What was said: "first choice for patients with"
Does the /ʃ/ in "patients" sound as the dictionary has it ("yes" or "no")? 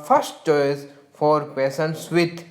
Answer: no